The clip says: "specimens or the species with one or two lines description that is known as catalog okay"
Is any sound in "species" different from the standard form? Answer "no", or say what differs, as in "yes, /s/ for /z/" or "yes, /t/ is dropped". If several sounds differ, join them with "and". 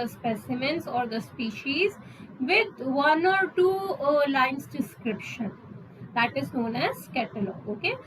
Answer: no